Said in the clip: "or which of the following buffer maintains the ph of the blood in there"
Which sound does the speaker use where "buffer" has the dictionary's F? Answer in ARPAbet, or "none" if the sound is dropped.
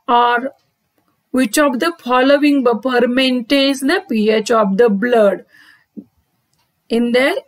P